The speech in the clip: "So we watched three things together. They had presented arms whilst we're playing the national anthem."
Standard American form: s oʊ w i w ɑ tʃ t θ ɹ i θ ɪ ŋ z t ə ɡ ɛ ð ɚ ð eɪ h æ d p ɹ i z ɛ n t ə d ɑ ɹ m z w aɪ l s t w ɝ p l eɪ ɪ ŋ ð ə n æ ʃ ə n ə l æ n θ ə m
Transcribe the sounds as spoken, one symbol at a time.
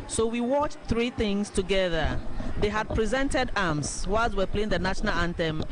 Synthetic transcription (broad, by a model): s oʊ w i w ɑ tʃ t θ ɹ i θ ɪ ŋ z t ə ɡ ɛ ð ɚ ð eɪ h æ d p ɹ i z ɛ n t ə d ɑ m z w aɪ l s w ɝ p l eɪ ɪ ŋ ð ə n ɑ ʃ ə n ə l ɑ n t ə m